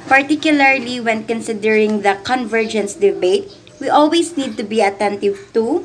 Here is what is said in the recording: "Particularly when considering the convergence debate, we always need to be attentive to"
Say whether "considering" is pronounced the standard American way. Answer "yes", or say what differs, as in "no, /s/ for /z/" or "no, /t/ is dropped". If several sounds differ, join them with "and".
yes